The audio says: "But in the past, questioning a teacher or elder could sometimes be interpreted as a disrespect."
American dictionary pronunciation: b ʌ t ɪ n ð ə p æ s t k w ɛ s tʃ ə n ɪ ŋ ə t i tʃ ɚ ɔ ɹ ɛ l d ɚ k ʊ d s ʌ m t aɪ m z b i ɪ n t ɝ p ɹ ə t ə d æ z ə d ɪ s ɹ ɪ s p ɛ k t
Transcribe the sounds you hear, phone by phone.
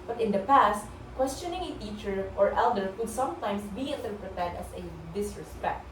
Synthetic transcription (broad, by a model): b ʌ t ɪ n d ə p æ s t k w ɛ s tʃ ə n ɪ ŋ ə t i tʃ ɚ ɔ ɹ ɛ l d ɚ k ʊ d s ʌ m t aɪ m s b i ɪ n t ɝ p ɹ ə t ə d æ s ə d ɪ s ɹ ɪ s p ɛ k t